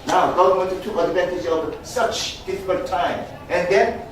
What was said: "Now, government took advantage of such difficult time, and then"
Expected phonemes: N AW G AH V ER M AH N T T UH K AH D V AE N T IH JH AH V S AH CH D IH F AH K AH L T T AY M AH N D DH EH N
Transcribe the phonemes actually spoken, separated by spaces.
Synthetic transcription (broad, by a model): N AW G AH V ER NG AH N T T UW AH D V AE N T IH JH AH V S AH CH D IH F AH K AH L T T AY M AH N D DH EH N